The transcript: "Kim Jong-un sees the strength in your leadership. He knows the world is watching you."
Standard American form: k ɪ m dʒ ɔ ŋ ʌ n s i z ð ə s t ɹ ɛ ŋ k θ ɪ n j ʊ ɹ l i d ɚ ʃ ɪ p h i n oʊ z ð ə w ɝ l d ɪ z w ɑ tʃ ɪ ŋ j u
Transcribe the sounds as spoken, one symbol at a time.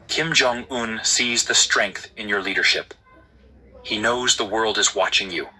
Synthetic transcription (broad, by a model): k ɪ m dʒ ɔ ŋ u n s i z ð ə s t ɹ ɛ ŋ k θ ɪ n j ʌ ɹ l i d ɚ ʃ ɪ p h i n oʊ z ð ə w ɝ l d ɪ z w ɑ tʃ ɪ ŋ j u